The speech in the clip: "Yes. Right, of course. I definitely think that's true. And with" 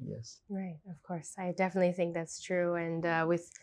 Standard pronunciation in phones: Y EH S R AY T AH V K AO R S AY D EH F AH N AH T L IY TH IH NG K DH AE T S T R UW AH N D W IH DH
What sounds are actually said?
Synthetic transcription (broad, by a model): Y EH S R AY T AH V K AO R S AY D EH F AH N AH T L IY TH IH NG K DH AE T S T R UW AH N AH W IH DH